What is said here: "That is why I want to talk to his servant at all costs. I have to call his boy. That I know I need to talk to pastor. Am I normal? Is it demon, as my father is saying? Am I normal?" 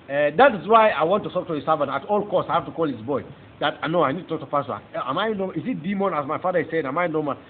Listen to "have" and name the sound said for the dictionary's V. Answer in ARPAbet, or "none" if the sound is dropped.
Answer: F